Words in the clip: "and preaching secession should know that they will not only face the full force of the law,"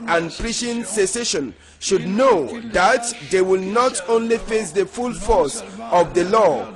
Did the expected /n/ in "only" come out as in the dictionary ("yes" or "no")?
yes